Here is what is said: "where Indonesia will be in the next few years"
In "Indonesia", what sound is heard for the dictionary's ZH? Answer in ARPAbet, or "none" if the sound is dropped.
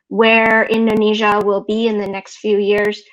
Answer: ZH